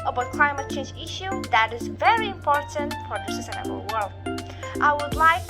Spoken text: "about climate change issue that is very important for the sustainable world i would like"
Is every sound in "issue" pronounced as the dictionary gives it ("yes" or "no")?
yes